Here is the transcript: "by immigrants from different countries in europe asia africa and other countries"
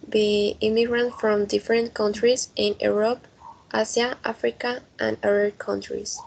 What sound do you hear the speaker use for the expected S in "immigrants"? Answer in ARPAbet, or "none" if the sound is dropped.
none